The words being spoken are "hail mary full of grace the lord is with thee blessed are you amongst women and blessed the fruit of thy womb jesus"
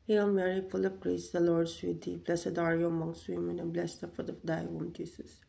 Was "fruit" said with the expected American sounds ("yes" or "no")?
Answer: no